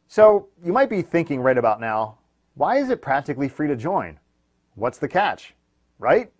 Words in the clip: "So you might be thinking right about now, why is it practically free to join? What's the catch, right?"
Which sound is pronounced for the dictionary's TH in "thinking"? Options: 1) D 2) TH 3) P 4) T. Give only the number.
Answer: 2